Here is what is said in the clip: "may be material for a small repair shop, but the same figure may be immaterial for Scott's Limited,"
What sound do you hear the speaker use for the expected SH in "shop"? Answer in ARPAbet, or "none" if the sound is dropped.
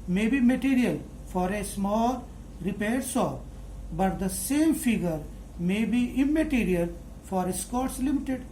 S